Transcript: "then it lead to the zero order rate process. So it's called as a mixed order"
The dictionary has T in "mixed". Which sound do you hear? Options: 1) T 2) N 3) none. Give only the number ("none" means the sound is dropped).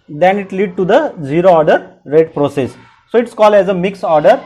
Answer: 3